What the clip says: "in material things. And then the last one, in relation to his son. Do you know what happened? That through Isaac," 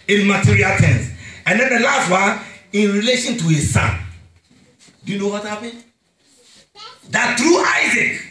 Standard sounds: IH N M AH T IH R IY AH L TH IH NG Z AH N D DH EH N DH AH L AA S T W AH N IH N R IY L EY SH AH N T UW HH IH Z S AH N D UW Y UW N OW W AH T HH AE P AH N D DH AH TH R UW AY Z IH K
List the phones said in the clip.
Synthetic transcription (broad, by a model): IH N M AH T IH R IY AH L T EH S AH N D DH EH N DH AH L AA S T W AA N IH N R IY L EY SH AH N T UW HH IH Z S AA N D UW Y UW N OW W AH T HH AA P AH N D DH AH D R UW AY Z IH K